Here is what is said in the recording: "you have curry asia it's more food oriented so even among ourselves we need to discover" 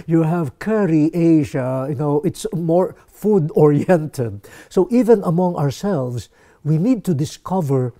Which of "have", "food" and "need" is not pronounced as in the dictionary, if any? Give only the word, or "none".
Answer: none